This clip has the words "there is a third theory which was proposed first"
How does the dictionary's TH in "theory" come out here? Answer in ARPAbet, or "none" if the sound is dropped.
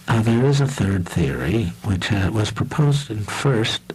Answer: TH